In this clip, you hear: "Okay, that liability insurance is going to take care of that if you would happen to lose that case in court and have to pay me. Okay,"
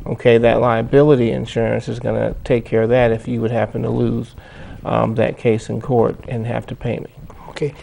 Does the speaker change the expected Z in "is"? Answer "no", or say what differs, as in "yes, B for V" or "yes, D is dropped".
no